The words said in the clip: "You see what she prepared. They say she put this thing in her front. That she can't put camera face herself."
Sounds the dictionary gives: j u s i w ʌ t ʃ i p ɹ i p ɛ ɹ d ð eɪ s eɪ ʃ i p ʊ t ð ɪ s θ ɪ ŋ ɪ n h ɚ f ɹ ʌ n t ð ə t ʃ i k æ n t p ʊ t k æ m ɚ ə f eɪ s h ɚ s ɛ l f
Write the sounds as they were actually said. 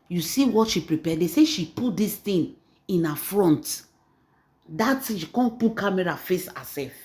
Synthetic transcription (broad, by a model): j u s i w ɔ t ʃ i p ɹ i p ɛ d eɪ s eɪ ʃ i p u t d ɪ s t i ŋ ɪ n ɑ f ɹ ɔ n t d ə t ʃ i k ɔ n p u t k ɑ m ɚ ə f eɪ s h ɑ s ɛ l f